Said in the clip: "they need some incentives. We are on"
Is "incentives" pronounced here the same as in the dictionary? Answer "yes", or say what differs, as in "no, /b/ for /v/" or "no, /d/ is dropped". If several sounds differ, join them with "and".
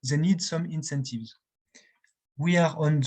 yes